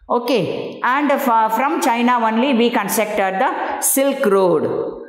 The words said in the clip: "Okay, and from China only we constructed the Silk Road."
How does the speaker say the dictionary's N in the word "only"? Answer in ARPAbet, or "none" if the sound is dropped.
N